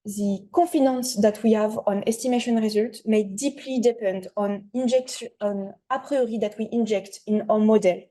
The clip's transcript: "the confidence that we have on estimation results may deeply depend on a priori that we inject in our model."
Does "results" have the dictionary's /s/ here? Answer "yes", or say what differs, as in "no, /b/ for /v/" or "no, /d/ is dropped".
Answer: no, /s/ is dropped